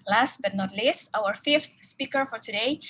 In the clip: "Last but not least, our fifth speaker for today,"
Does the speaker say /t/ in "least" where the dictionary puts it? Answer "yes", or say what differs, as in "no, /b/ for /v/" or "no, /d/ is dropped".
no, /t/ is dropped